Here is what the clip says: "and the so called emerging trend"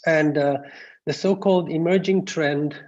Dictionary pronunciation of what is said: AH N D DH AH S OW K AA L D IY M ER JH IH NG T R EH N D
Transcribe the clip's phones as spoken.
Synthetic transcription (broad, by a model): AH N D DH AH S OW K AA L D IY M ER JH IH NG T R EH N D